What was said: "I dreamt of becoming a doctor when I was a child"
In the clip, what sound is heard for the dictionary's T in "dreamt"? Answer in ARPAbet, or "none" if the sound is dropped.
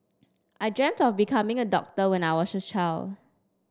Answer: T